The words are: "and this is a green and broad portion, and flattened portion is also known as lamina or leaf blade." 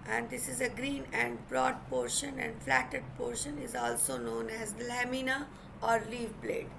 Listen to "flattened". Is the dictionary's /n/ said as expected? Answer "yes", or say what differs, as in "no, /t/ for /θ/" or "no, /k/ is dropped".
no, /n/ is dropped